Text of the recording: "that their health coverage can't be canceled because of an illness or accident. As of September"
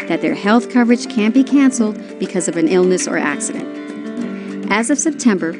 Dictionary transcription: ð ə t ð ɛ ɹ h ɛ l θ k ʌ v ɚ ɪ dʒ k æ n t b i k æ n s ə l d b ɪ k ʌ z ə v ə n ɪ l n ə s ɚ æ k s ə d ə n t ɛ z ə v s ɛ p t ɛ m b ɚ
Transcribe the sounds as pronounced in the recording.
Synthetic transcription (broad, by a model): ð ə t ð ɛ ɹ h ɛ l θ k ʌ v ɚ ɪ dʒ k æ n b i k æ n s l d b ɪ k ʌ z ə v ə n ɪ l n ə s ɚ æ k s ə d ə n t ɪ z ə v s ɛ p t ɛ m b ɚ